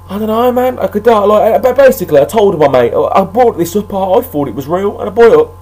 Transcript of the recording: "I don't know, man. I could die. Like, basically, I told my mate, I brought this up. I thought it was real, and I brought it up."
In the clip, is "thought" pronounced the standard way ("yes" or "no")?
no